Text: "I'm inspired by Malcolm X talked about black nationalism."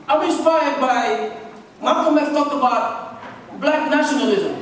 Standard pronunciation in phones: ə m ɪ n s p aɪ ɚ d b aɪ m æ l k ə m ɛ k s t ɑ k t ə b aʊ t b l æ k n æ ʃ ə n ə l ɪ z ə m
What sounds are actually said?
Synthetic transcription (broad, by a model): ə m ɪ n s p aɪ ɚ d b aɪ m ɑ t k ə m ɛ s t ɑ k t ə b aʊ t b l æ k n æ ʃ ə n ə l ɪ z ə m